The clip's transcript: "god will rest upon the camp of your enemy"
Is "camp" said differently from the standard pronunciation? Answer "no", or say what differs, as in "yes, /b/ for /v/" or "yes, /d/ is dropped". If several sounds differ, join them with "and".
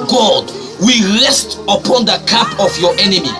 yes, /m/ is dropped